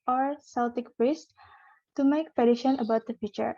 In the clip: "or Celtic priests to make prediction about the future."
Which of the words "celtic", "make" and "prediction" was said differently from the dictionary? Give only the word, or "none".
prediction